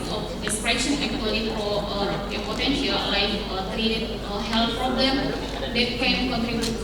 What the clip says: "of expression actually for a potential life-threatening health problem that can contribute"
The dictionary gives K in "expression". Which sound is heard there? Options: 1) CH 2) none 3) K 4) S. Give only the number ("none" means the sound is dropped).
2